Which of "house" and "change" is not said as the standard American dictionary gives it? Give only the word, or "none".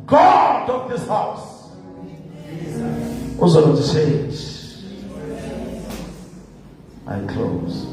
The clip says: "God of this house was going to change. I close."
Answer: change